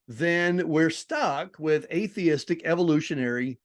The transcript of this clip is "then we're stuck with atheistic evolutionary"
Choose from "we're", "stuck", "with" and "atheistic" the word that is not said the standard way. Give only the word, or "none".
none